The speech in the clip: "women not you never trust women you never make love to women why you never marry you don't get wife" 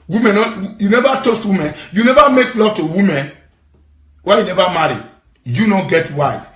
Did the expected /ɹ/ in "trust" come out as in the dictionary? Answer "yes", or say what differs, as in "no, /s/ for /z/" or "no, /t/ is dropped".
no, /ɹ/ is dropped